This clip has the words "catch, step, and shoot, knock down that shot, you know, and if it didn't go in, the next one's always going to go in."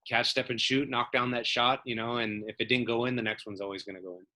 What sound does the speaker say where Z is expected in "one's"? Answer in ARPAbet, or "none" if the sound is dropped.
Z